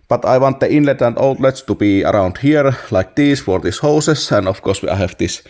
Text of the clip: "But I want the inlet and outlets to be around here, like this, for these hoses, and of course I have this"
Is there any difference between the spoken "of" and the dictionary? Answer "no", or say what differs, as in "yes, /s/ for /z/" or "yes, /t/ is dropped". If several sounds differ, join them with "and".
yes, /f/ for /v/